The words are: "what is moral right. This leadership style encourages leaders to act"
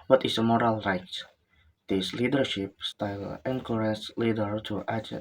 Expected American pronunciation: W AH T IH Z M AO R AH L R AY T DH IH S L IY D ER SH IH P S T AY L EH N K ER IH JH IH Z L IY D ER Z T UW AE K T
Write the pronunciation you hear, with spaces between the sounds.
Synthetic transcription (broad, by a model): W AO T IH S M AO R AH L R AY T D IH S L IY D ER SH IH P S T AY L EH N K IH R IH S L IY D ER T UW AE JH